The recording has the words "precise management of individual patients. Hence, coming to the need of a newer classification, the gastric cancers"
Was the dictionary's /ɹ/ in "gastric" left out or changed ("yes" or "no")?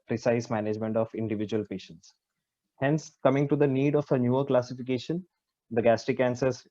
yes